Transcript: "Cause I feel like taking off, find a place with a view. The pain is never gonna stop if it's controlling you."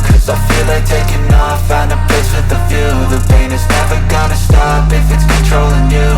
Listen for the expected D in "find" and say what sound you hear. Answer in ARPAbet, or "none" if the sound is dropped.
none